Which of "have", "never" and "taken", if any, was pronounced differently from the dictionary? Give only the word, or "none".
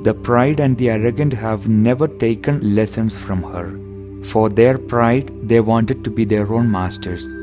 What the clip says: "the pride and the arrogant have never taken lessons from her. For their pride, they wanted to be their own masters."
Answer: none